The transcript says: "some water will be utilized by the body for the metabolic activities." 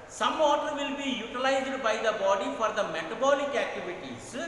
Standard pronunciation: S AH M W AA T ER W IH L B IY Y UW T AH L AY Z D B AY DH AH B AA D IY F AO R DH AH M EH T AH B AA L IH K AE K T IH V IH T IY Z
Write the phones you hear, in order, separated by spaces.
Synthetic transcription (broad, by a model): S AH M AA T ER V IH L B IY Y UW T AH L AY Z D B AY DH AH B AA D IY F AO R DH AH M EH T AH B AA L IH K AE K T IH V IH T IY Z